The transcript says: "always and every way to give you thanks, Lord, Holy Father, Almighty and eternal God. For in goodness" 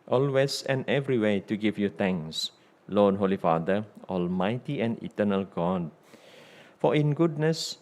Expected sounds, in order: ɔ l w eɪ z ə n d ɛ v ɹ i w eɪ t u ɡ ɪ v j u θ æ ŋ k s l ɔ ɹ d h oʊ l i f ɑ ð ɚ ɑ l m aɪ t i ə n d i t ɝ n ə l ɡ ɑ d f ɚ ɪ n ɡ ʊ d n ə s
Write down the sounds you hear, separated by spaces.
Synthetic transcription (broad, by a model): ɔ l w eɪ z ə n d ɛ v ɹ i w eɪ t u ɡ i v j u t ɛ ŋ s l ɔ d h oʊ l i f ɑ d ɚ ɑ l m aɪ t i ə n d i t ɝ n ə l ɡ ɑ d f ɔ ɪ n ɡ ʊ d n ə s